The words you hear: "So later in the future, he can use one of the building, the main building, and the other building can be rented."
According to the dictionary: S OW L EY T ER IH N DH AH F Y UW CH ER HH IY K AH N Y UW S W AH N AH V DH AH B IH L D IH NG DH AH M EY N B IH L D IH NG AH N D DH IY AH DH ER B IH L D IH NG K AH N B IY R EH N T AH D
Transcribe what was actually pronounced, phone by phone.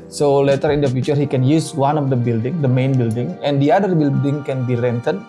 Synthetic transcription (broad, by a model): S OW L EY T ER IH N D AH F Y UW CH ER HH IY K AH N Y UW S W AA N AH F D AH B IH L D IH NG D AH M EY N B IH L D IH NG AH N D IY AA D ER B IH L D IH NG K AH N B IY R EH N T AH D